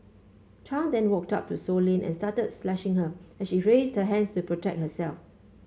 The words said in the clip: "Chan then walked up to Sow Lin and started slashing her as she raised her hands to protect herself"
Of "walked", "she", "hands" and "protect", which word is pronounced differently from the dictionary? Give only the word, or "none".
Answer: hands